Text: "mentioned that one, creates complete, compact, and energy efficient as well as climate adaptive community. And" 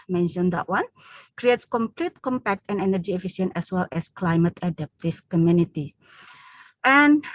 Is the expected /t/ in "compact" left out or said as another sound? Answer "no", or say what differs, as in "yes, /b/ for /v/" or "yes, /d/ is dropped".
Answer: no